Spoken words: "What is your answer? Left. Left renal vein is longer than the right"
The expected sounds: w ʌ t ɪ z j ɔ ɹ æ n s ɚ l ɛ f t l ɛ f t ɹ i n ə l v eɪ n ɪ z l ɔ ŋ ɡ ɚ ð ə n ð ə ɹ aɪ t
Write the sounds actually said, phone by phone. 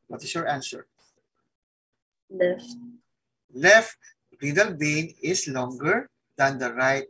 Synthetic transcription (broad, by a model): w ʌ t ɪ s j ɔ ɹ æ n s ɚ l ɛ f t l ɛ f t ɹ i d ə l b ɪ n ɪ s l ɔ ŋ ɡ ɚ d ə n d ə ɹ aɪ t